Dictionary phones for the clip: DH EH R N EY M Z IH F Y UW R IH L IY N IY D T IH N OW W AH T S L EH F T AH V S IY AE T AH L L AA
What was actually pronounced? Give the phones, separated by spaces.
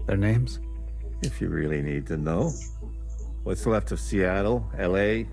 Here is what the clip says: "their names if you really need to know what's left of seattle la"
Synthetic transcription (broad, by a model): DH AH R N EY M Z IH F Y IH R IH L IY N IY D T IH N OW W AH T S L EH F T AH V S IY AE T AH L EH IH